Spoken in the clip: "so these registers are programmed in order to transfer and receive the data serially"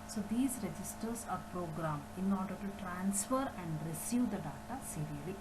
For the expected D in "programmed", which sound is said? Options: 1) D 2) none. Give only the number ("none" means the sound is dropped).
2